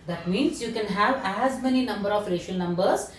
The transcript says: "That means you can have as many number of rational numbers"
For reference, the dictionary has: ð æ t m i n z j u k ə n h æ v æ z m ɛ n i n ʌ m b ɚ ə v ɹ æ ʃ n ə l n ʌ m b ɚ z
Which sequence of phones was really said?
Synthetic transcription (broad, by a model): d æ t m i n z j u k ə n h æ v æ z m ɛ n i n ʌ m b ɚ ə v ɹ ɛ ʃ ə l n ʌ m b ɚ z